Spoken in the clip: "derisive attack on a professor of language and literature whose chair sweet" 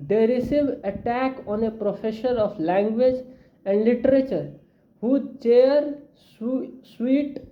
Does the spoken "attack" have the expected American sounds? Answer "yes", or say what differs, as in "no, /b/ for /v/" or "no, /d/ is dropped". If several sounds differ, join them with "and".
yes